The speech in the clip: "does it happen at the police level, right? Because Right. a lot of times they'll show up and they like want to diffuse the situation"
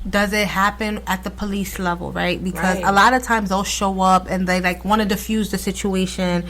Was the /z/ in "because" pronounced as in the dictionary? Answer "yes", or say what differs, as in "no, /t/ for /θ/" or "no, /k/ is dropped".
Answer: yes